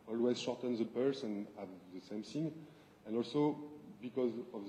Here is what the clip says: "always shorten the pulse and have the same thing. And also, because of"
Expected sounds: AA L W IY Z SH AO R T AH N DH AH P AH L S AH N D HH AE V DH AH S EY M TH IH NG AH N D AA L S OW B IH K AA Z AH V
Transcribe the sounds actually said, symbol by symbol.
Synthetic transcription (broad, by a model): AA L W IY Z SH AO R T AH N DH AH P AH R S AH N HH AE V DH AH S EY M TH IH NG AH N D AA L S OW B IH K AA Z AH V